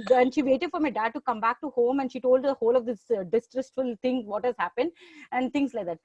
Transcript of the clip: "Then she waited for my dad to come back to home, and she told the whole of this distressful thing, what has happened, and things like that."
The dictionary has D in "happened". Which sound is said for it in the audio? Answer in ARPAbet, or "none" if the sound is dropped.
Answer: D